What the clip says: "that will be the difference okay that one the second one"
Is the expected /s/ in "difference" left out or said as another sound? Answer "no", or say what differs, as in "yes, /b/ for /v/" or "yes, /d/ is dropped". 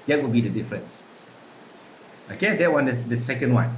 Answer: no